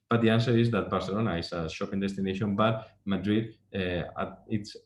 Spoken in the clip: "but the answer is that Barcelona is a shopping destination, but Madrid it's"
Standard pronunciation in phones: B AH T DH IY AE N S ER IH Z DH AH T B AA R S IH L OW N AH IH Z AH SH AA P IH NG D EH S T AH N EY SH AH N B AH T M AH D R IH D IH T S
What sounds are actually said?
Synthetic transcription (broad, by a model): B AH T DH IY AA N S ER IH Z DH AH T B AA R S IH L OW N AH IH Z AH SH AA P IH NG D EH S T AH N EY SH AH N B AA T M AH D R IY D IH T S